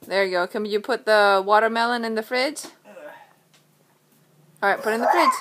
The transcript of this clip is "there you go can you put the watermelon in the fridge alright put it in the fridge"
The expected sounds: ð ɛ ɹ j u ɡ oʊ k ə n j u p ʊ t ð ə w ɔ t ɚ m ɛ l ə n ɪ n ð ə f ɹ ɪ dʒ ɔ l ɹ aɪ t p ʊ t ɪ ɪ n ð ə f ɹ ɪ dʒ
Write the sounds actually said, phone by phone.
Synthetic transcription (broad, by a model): ð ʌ ɹ ɡ oʊ k ə n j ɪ p ʊ t ð ə w ɔ t ɚ m ɛ l ə n ɪ n ð ə f ɹ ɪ z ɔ ɹ aɪ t p ʊ t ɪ ɪ n ð ə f ɹ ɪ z